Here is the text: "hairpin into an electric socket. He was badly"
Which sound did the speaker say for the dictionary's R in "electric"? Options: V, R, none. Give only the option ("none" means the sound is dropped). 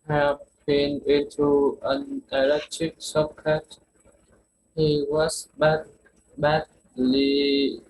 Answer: none